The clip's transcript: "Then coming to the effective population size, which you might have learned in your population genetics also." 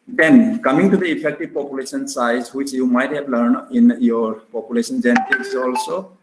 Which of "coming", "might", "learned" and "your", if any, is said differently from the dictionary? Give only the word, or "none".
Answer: learned